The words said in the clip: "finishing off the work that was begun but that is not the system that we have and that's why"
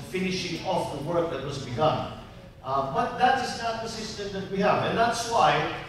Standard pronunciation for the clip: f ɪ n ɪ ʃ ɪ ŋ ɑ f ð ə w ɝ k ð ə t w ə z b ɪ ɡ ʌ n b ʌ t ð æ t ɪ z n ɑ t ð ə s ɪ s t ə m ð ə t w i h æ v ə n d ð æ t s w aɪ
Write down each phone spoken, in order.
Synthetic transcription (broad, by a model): f ɪ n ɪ ʃ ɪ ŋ ɑ f ð ə w ɝ k ð ə t w ə z b ɪ ɡ ʌ n b ʌ t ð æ t ɪ z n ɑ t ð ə s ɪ s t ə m ð ə t w i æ v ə n ð æ t s w aɪ